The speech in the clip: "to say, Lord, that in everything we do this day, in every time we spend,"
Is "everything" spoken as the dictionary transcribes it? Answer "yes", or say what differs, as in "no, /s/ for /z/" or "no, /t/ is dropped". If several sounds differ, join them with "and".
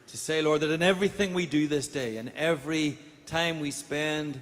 yes